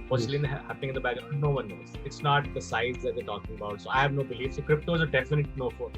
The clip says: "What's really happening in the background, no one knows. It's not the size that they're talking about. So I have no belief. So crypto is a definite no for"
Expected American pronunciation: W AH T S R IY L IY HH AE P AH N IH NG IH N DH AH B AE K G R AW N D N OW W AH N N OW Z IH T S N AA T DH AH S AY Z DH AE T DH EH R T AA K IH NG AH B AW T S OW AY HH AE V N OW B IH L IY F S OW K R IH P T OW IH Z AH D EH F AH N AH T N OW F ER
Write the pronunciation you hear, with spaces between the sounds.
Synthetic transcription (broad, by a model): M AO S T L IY N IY HH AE P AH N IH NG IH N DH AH B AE G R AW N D N OW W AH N N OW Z IH T S N AA T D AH S AY Z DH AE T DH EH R T AA K IH NG AH B AW T S OW AY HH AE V N OW B IH L IY F S OW K R IH P T OW IH Z AH D EH F AH N AH T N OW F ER